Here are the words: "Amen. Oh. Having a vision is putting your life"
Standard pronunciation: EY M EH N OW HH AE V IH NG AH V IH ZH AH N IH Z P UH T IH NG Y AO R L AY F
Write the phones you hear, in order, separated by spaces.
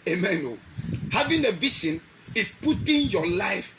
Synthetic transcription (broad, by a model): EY M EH N OW HH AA V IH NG AH V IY SH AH N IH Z P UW T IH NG Y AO L AY F